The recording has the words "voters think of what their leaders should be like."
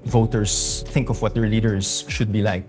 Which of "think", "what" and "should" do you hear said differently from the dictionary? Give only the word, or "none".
none